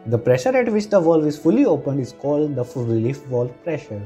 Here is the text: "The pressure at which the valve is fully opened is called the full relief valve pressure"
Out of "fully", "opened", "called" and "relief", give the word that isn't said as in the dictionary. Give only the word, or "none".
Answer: none